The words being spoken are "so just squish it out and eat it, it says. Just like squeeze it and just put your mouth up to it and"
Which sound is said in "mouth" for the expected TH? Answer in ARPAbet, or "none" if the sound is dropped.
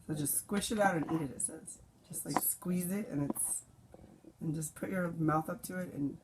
TH